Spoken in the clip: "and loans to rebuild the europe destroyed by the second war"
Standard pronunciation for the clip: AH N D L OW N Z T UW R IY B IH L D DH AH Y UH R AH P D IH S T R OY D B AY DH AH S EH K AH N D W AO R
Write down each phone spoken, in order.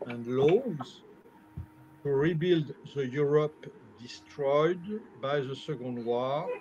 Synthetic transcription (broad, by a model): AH N D L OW Z T UW R IY B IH L D DH AH Y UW R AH P D IH S T R OY D B AY DH AH S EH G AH N D W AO